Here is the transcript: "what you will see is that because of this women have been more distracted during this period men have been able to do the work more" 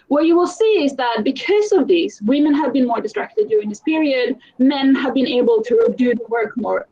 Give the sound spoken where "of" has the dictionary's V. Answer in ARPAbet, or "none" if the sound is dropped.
V